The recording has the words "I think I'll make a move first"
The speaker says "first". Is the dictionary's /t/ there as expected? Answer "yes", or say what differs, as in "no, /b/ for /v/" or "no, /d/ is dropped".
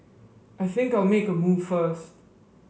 yes